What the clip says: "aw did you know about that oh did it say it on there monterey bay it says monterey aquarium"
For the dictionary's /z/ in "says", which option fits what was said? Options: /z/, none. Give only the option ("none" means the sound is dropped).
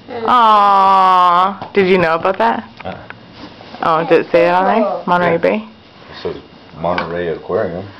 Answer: none